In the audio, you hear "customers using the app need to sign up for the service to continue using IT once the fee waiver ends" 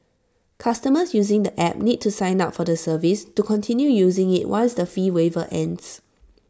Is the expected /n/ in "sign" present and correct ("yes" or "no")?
yes